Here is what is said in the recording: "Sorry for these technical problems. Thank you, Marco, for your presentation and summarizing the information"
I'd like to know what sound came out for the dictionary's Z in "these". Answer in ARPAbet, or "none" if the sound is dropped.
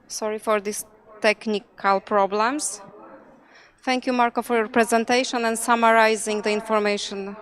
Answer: S